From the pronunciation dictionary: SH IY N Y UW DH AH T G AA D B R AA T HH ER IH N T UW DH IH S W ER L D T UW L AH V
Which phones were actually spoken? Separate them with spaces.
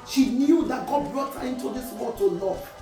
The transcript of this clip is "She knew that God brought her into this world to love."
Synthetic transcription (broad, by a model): SH IY N Y UW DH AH T G AA D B R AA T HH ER IH N T UW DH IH S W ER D T UW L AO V